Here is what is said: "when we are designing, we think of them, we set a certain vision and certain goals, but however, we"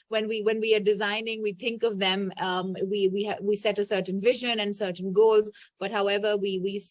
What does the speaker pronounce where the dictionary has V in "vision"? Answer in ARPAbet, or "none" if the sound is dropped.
V